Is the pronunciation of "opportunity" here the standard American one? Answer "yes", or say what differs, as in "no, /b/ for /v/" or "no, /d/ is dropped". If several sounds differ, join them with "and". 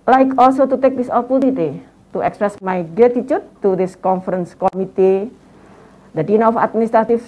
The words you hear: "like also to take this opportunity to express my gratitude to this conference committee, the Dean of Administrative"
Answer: no, /l/ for /n/